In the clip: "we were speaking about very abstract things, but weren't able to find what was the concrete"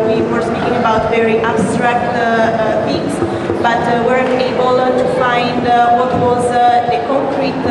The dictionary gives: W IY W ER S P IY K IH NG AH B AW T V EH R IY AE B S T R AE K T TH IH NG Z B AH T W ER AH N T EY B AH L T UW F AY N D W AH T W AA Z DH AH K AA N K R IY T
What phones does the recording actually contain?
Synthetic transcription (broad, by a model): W IY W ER S P IY K IH NG AH B AW T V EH R IY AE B S T R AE K T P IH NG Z B AH T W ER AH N EY B AH L T UW F AY N D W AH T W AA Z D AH K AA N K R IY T